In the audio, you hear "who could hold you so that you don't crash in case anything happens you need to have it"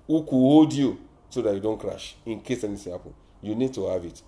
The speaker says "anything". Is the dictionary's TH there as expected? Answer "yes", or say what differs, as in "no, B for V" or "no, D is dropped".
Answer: no, S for TH